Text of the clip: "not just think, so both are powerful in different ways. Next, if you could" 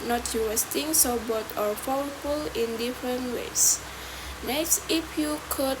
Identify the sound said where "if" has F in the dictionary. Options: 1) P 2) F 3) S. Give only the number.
1